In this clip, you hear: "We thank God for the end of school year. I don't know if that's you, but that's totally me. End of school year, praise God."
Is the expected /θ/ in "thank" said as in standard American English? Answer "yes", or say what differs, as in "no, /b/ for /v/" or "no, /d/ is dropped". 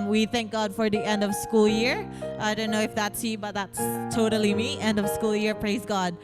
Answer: yes